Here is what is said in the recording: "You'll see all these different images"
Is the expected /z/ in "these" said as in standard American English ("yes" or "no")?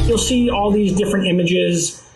yes